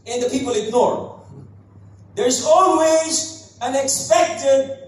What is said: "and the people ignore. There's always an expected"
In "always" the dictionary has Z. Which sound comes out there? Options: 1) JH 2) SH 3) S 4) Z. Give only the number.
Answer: 4